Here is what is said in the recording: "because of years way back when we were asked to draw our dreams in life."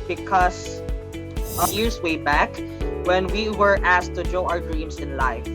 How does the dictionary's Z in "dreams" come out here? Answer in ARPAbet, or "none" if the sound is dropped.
S